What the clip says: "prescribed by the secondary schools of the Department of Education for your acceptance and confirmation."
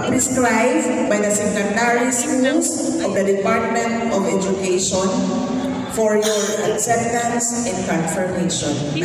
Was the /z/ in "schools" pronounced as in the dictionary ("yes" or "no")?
no